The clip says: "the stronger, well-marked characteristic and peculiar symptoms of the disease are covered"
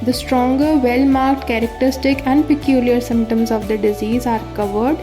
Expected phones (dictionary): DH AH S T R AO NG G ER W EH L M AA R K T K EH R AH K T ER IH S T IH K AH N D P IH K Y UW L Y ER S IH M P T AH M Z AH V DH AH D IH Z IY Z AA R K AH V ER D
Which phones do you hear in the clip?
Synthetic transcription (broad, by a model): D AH S T R AO NG G ER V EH L M AA R K T K EH R AH K T ER IH S T IH K AH N D P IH K Y UW L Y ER S IH M P T AH M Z AH V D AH D IH Z IY Z AA R K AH V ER D